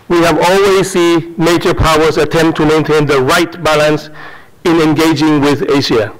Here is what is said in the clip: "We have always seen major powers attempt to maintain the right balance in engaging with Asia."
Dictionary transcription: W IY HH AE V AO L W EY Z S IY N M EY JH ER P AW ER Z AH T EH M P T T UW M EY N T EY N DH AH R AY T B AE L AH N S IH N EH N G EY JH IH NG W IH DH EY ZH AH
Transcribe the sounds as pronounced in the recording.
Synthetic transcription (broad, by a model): W IY HH AE V AO L W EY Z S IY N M EY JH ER P AW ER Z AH T EH M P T T UW M EY N T EY N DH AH R AY T B AE L AH N S IH N EH N G EY JH IH NG W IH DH EY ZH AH